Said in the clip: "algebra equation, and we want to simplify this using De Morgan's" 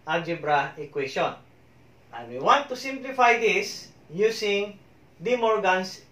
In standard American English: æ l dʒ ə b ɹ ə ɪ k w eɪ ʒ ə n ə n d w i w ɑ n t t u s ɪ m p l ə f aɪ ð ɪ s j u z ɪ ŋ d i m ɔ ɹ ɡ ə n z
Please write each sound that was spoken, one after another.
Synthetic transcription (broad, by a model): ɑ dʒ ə b ɹ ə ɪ k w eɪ ʃ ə n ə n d w i w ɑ n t t u s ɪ m p l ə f aɪ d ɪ s j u s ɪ ŋ d i m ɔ ɹ ɡ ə n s